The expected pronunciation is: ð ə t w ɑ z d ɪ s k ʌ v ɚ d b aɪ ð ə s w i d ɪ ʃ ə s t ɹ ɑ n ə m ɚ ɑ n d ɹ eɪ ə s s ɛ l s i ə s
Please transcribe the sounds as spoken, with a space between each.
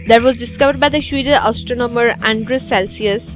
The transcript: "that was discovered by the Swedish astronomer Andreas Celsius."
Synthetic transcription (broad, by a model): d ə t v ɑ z d ɪ s k ʌ v ɚ d b aɪ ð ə ʃ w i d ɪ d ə s t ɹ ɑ n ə m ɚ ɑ n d ɹ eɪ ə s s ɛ l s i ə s